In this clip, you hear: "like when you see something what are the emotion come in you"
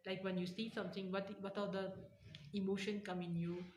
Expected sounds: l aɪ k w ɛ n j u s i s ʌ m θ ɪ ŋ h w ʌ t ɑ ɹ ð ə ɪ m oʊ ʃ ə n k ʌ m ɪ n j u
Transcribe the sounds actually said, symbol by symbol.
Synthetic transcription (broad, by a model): l aɪ k w ɛ n j u s i s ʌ m t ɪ ŋ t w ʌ t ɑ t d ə ɪ m oʊ ʃ ə n k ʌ m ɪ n j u